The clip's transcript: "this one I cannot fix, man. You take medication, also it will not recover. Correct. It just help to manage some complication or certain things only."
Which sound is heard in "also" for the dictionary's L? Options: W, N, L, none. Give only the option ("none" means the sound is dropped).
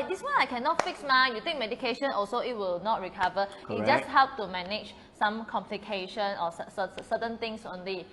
L